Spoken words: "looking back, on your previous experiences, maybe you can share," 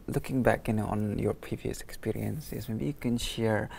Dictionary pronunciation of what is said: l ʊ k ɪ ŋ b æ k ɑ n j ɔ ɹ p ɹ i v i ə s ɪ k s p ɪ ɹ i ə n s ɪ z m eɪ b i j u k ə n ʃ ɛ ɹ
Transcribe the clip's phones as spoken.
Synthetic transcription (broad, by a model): l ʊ k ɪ ŋ b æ k ɑ n j ɔ ɹ p ɹ i v i ə s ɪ k s p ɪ ɹ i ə n s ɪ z m eɪ b i j u k ə n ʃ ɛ ɹ